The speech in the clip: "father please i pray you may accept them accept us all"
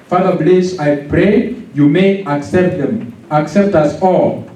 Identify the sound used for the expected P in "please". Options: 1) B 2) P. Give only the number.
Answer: 1